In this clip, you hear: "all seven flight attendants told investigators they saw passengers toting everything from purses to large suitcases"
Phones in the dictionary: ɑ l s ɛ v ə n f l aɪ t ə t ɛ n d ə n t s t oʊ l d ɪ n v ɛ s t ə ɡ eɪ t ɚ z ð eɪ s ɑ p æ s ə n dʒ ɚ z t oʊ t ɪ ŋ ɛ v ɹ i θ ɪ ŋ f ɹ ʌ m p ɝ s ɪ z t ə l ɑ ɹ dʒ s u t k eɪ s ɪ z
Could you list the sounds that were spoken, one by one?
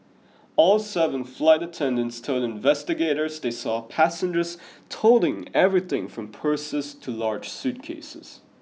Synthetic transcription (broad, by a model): ɑ l s ɛ v ə n f l aɪ t ə t ɛ n d ə n t s t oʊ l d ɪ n v ɛ s t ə ɡ eɪ t ɚ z ð eɪ s ɑ p æ s ə n dʒ ɚ z t oʊ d ɪ ŋ ɛ v ɹ i θ ɪ ŋ f ɹ ʌ m p ɝ s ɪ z t ə l ɑ ɹ dʒ s u t k eɪ s ɪ z